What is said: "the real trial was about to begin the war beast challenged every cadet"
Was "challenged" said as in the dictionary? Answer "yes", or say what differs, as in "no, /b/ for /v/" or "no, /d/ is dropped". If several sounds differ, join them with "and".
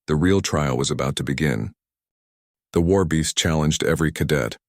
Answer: yes